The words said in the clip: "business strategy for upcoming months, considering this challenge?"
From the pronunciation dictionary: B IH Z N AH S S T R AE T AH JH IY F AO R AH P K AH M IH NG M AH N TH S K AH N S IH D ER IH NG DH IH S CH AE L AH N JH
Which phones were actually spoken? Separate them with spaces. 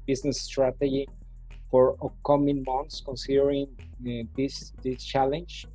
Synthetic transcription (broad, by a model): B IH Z N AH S S T R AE T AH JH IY F AO R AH K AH M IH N M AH N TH S K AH N S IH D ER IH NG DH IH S CH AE L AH N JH